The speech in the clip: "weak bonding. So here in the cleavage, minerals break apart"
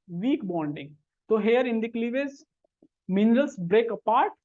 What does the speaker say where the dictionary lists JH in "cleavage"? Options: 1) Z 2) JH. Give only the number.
1